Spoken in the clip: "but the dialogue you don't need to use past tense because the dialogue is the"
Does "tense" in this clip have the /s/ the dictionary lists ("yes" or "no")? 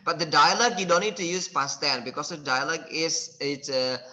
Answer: no